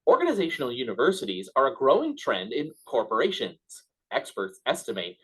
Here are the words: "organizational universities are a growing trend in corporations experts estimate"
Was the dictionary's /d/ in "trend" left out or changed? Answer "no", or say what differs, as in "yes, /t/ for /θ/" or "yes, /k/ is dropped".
no